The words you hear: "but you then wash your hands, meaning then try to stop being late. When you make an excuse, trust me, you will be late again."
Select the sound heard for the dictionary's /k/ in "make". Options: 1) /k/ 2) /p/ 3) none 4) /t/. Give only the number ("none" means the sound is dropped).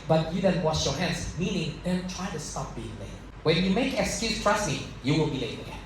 3